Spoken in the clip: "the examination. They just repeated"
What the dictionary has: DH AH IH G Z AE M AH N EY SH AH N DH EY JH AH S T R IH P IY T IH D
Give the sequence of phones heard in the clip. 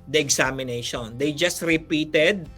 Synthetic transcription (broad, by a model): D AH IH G S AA M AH N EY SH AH N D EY JH AH S T R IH P IY T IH D